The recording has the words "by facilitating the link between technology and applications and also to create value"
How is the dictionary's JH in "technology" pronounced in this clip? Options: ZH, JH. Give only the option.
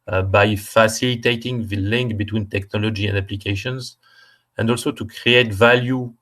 JH